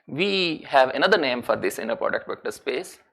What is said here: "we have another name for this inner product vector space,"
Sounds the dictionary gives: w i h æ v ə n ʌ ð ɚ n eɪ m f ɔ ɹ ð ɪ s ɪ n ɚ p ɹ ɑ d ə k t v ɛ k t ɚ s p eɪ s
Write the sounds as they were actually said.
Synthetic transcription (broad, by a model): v i h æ v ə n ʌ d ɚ n eɪ m f ɔ ɹ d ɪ s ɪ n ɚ p ɹ ɑ d ə k t b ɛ k t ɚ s p eɪ s